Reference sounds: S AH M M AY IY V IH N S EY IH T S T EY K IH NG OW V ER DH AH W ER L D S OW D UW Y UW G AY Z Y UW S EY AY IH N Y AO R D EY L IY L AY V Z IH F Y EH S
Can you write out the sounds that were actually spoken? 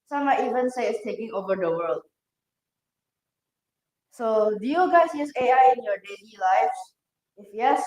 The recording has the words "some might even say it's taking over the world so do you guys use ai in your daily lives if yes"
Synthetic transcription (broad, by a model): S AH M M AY IY V IH N S EY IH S T EY K IH NG OW V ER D AH W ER L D S OW D UW Y UW G AY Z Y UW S EY AY IH N Y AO D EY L IY L AY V IH F Y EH S